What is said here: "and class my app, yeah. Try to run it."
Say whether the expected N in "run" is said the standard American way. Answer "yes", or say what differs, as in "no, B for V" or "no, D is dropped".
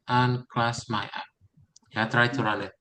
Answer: no, L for N